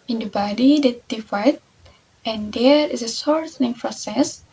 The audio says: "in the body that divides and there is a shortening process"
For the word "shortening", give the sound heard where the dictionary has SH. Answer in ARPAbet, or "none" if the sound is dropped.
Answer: S